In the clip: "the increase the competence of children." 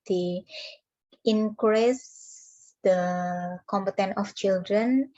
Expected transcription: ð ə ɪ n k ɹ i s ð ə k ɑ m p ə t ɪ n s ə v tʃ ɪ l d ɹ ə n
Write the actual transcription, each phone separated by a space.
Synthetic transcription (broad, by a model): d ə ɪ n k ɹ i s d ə k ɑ m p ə t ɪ n ə f tʃ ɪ l d ɹ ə n